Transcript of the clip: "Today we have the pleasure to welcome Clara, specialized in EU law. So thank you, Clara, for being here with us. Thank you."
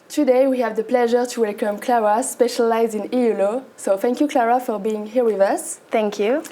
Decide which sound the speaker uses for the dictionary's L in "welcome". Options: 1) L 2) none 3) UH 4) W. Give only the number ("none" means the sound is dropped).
1